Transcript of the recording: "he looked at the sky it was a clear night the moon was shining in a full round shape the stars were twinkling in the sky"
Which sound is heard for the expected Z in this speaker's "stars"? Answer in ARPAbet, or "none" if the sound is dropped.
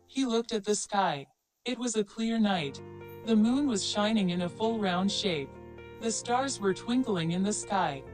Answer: Z